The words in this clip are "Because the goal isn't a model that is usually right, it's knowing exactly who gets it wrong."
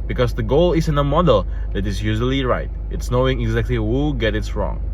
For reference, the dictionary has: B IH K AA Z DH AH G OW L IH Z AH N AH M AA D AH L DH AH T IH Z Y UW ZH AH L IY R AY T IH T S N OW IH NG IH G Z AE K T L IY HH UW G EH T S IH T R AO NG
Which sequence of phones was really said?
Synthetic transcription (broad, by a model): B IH K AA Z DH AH G OW L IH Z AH N AH M AA D AH L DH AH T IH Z Y UW ZH AH L IY R AY T IH T S N OW IH NG IH G Z AE K T L IY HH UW G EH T IH T R AO NG